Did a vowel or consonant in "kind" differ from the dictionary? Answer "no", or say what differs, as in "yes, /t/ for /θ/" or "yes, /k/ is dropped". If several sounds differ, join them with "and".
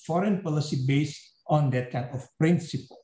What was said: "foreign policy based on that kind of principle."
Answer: yes, /d/ is dropped